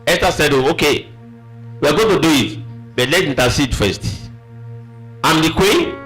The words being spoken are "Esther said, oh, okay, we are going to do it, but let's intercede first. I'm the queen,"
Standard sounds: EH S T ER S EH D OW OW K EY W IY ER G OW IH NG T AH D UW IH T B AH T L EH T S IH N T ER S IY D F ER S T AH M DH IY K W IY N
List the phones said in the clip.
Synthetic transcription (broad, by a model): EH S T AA S EH D OW OW K EY W IY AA G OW T AH D UW IH T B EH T L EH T IY N T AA S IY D F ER S T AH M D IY K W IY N